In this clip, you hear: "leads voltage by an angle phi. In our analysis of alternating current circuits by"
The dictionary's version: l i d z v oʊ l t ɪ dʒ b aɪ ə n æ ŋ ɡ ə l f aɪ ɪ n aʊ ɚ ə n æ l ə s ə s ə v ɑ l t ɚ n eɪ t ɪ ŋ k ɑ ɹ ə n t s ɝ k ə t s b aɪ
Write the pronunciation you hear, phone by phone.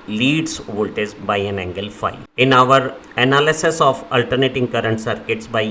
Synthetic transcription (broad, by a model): l i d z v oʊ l t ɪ z b aɪ ə n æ ŋ ɡ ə l f aɪ ɪ n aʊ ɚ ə n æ l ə s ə s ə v ɑ l t ɚ n eɪ t ɪ ŋ k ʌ ɹ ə n t s ɝ k ə t s b aɪ